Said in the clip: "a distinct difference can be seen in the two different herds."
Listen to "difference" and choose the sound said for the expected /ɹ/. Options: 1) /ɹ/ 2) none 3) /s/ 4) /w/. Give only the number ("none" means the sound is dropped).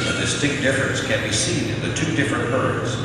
2